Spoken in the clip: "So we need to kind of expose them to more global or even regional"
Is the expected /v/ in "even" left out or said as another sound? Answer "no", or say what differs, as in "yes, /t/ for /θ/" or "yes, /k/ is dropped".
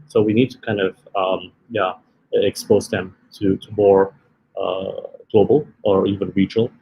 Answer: no